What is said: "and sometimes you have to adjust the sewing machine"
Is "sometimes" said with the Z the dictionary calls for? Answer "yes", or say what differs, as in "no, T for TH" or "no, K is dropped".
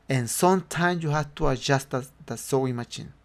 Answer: no, Z is dropped